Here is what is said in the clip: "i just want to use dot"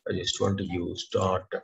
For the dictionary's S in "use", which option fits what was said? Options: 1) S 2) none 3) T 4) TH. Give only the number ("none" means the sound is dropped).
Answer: 1